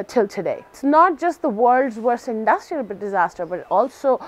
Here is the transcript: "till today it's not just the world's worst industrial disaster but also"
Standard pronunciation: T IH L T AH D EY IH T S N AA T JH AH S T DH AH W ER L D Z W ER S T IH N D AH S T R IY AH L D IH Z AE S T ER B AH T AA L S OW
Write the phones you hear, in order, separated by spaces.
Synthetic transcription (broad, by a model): T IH L T AH D EY IH T S N AA T JH AH S T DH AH W ER L D Z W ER S IH N D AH S T R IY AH L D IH Z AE S T ER B AH T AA L S OW